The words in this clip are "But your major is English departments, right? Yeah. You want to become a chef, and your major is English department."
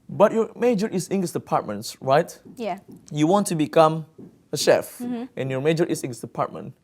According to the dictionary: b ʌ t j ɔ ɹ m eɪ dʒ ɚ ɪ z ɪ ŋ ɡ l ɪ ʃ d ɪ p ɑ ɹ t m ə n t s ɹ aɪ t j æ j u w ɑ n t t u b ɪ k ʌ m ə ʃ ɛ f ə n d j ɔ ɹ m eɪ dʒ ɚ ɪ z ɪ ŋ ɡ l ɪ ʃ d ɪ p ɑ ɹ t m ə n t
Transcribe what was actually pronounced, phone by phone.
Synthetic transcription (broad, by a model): b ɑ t j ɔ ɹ m eɪ dʒ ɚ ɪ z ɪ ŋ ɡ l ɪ s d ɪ p ɑ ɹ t m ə n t s ɹ aɪ t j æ j u w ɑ n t t u b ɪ k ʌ m ə ʃ ɛ f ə n j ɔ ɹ m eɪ dʒ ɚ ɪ s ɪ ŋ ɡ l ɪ s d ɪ p ɑ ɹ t m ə n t